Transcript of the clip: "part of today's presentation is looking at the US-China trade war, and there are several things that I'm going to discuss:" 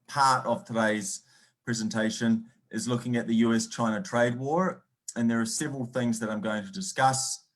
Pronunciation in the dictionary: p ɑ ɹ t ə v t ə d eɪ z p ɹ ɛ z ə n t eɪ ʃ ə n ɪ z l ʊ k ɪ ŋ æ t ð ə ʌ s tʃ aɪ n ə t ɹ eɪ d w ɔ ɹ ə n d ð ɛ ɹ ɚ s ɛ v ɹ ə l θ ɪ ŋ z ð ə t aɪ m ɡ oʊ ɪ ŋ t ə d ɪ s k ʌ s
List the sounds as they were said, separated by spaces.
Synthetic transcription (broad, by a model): p ɑ ɹ t ə v t ə d eɪ z p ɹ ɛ z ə n t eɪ ʃ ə n ɪ z l ʊ k ɪ ŋ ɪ t ð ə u s tʃ aɪ n ə t ɹ eɪ d w ɔ ɹ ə n ð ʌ ɹ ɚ s ɛ v ɹ ə l θ ɪ ŋ z ð ə t aɪ m ɡ oʊ ɪ ŋ t ə d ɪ s k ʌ s